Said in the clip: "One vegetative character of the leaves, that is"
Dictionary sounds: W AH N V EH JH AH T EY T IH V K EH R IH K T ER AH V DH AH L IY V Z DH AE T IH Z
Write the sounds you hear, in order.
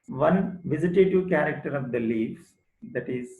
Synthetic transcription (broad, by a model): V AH N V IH Z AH T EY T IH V K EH R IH K T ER AH V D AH L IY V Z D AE T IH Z